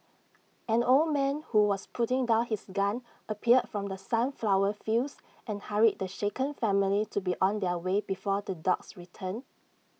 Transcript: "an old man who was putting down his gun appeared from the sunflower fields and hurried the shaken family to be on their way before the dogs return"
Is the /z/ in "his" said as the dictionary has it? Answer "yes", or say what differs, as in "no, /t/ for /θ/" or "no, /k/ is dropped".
no, /s/ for /z/